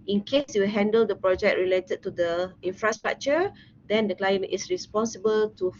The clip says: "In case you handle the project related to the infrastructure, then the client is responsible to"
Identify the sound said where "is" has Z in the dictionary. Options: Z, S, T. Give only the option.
S